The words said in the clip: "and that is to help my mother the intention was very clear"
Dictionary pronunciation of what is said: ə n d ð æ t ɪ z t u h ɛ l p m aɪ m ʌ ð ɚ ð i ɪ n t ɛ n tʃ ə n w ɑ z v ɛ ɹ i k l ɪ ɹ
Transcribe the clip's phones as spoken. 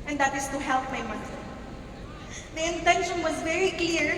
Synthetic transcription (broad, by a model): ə n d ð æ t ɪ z t u h ɛ l p m aɪ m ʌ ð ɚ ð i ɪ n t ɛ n ʃ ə n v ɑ z v ɛ ɹ i k l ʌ ɹ